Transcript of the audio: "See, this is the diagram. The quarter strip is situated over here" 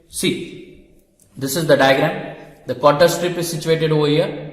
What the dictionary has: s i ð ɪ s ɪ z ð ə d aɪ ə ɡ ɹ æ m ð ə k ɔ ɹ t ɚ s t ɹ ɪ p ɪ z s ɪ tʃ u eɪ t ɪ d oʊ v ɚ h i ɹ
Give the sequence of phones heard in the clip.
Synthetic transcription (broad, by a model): s i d ɪ s ɪ z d ə d aɪ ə ɡ ɹ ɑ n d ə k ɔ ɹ t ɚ s t ɹ ɪ p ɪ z s ɪ tʃ u eɪ t ɪ d oʊ v ɚ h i ɹ